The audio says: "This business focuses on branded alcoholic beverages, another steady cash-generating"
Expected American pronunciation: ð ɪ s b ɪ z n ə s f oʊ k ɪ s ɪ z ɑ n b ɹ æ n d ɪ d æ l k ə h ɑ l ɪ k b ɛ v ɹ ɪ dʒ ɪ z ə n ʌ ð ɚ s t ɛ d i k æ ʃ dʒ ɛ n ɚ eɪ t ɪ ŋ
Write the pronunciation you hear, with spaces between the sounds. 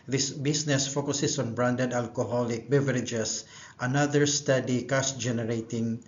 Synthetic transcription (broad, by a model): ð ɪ s b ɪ s n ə s f oʊ k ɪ s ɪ s ɑ n b ɹ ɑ n d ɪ d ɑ l k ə h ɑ l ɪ k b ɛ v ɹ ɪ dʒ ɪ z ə n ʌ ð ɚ s t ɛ d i k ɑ s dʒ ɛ n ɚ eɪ t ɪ ŋ